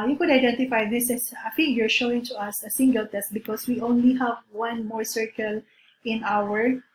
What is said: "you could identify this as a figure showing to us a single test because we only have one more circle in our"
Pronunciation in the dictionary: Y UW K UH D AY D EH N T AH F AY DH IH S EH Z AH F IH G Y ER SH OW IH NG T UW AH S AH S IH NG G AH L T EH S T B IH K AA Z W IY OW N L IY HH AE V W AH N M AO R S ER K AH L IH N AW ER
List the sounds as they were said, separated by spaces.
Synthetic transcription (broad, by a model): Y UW K UH D AY D EH N T AH F AY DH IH S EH S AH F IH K Y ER SH OW IH NG T UW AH S AH S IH NG G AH L T EH S T B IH K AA S W IY OW N L IY HH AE V W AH N M AO R S ER K AH L IH N AW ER